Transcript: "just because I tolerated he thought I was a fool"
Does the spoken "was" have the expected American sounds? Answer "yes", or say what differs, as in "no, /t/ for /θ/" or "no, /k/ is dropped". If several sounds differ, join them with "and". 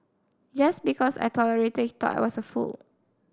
no, /s/ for /z/